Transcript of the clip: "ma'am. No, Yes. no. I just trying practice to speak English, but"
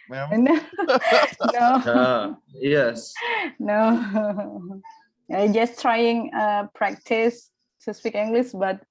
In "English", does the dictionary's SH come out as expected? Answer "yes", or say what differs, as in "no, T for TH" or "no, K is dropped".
no, S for SH